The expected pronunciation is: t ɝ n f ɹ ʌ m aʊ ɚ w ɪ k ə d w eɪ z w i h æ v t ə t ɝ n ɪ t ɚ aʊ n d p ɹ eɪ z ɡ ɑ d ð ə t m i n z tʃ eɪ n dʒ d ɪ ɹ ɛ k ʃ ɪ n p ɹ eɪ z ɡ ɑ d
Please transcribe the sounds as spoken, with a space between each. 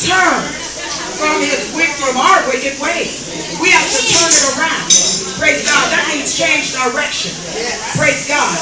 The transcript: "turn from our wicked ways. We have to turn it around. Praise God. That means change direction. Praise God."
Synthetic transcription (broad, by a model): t ɝ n f ɹ ʌ m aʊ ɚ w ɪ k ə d w eɪ w i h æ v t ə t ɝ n ɪ t ɚ aʊ n d p ɹ eɪ z ɡ ɑ d ð ə t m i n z tʃ eɪ n dʒ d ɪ ɹ ɛ k ʃ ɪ n p ɹ eɪ z ɡ ɑ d